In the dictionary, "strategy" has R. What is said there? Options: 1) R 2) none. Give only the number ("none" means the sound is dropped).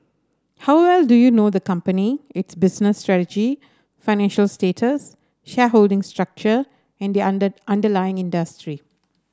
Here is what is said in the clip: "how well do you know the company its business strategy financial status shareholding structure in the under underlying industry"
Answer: 1